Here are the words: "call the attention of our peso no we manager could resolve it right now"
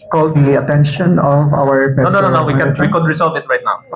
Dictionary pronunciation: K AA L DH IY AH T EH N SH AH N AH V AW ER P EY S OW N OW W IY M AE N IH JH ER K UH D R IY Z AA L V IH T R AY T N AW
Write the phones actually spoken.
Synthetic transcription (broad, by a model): K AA L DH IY AH T EH N SH AH N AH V AW ER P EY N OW N OW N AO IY IH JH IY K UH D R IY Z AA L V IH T R AY T N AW